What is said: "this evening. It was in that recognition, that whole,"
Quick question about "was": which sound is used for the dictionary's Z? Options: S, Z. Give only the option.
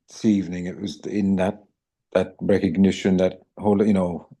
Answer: Z